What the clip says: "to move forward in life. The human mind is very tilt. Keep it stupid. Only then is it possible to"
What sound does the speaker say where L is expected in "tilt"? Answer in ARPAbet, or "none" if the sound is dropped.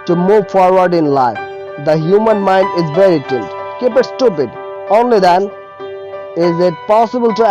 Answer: N